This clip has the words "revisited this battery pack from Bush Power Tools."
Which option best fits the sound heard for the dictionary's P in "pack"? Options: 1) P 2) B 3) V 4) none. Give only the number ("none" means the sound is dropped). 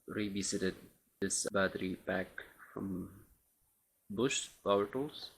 2